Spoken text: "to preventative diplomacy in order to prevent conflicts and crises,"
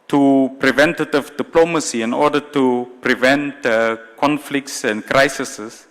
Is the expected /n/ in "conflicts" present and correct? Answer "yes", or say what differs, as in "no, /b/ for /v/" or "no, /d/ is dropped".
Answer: yes